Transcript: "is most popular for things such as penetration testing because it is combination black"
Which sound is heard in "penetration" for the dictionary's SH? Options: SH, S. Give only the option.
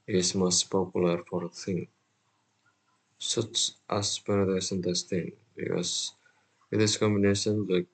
S